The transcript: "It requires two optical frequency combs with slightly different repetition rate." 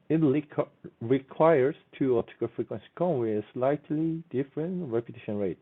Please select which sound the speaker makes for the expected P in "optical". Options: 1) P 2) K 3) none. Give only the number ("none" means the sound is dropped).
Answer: 3